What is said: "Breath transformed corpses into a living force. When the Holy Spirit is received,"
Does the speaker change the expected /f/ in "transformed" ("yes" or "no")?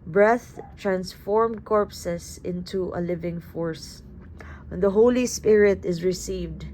no